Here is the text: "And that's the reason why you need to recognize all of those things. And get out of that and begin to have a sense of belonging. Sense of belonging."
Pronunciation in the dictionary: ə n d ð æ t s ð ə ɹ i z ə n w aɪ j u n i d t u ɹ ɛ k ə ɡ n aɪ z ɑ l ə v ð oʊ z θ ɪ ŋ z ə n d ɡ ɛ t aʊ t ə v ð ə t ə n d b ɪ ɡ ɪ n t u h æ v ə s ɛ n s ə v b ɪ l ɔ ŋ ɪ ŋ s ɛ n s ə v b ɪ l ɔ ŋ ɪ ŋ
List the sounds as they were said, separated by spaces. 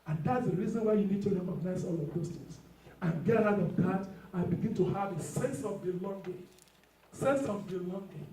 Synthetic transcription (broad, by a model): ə n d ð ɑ t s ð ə ɹ i z ə n w aɪ j u n i d t u ɹ ɛ k ə ɡ n aɪ z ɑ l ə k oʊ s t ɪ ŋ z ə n ɡ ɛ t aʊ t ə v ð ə t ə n b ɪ ɡ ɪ n t u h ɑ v ə s ɛ n s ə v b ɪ l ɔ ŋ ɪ s ɛ n s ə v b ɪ l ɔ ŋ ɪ